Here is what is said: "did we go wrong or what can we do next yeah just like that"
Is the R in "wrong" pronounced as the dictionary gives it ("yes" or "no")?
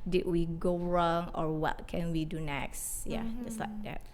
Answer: yes